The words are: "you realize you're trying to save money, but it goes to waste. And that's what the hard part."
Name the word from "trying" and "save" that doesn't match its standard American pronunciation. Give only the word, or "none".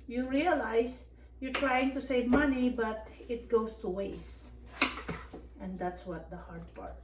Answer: none